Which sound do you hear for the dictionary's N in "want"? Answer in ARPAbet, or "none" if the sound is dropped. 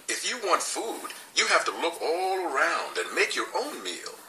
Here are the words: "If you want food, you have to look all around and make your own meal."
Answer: N